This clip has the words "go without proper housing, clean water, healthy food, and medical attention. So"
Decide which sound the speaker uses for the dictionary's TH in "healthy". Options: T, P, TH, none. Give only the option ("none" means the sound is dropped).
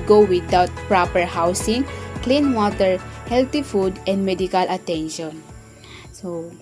T